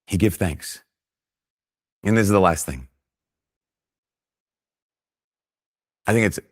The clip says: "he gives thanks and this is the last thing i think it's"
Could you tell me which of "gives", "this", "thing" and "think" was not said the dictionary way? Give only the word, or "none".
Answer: gives